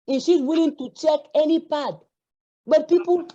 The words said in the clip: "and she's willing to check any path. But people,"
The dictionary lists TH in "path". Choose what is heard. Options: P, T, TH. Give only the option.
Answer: T